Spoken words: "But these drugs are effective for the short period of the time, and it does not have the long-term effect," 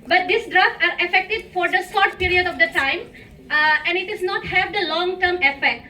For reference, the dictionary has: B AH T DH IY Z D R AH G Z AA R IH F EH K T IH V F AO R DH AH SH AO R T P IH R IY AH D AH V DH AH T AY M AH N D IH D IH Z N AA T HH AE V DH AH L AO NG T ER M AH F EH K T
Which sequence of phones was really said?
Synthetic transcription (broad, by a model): B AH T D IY S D R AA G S AA R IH F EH K T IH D F AO R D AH S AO R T P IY R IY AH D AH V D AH T AY M AH N D IH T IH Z N AA T HH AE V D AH L AO NG T ER M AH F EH K T